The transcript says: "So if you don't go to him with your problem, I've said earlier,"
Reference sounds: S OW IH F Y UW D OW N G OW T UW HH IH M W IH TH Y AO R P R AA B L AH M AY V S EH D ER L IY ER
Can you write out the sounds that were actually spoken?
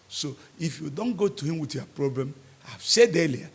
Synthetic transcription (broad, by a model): S OW IH F Y UW D OW N G OW T UW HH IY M W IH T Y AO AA P R AA B L AH M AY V S EH D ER L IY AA